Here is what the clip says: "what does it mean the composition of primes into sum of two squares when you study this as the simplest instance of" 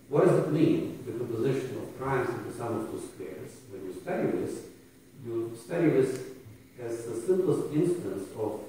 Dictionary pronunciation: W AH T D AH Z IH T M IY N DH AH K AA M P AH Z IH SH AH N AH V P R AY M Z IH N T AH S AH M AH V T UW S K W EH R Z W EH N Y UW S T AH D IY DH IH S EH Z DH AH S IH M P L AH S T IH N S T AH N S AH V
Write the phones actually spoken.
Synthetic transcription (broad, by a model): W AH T D AH Z IH T M IY N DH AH K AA M P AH Z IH SH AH N AH V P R AY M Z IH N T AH S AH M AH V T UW S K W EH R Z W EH N Y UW S T AH D IY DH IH S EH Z DH AH S IH M P L AH S T IH N S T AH N S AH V